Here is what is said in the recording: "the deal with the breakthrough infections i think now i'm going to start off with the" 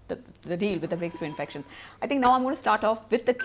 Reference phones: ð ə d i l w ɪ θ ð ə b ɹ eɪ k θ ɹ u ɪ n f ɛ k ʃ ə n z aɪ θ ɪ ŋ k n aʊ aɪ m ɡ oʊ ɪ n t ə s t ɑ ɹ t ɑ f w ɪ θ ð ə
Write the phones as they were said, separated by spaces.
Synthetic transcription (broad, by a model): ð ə d i l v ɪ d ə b ɹ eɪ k s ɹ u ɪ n f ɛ k ʃ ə n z aɪ t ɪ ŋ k n aʊ aɪ m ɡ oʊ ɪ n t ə s t ɑ ɹ t ɑ f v ɪ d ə